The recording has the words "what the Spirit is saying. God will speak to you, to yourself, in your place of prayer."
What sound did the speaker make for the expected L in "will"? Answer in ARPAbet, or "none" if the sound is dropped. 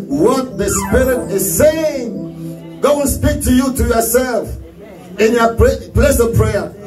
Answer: N